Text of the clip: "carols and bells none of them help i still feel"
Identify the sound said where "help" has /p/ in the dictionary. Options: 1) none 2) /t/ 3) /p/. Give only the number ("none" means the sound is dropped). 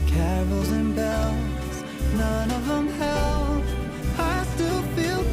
1